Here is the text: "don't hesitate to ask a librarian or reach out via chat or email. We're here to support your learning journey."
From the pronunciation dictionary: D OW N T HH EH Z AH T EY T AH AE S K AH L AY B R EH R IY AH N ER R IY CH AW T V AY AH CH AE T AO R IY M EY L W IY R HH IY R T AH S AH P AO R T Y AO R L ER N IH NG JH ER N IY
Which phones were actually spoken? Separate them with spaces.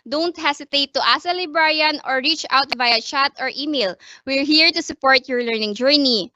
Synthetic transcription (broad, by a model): D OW N T HH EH S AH T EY T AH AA S AH L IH B R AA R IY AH N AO R IY CH AW T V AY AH CH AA T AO R IY M EY L W IY R HH IY R T AH S AH P AO R T Y AO R L ER N IH NG JH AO N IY